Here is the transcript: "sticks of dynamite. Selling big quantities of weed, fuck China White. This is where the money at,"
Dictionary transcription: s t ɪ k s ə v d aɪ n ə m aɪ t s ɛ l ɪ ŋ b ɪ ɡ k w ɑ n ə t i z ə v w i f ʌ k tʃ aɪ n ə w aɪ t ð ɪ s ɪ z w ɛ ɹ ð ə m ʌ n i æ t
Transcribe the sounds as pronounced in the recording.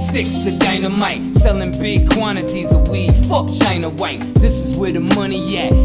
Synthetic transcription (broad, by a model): s t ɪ k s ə d aɪ n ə m aɪ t s ɛ l ɪ ŋ b ɪ ɡ k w ɑ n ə t i z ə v w i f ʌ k ʃ aɪ n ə w aɪ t ð ɪ s ɪ z w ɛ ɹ ð ə m ʌ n i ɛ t